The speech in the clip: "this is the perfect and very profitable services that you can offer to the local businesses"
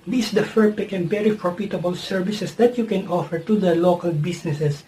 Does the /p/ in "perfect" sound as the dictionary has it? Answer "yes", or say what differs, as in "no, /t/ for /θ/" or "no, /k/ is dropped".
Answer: no, /f/ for /p/